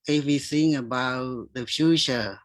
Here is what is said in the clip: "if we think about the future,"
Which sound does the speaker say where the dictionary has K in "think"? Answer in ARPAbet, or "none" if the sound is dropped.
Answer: none